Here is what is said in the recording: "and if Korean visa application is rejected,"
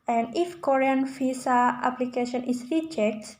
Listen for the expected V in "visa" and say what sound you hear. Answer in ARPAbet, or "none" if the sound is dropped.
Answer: F